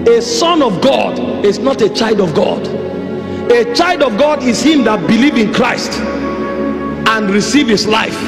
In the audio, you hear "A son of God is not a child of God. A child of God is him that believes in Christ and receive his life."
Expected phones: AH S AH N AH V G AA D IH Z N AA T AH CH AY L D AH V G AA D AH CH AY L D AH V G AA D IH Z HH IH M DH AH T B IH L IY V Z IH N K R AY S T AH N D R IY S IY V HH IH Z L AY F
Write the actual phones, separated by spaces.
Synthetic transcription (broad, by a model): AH S AH N AH V G AA D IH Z N AA T AH CH AY L D AH V G AA D AH CH AY L D AH V G AA D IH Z HH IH M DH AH T B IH L IY V IH N K R AY S T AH N R IY S IY V HH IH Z L AY F